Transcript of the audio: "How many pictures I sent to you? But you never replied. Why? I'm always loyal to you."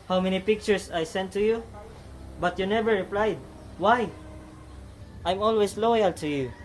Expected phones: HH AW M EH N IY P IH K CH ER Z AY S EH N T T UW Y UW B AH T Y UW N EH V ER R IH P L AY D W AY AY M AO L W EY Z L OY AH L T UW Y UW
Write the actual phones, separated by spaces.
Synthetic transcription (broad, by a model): HH AW M EH N IY P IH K CH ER S AY S EH N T T UW Y UW B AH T Y UW N EH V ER R IH P L AY D W AY AY M AO L W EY S L OY AH L T UW Y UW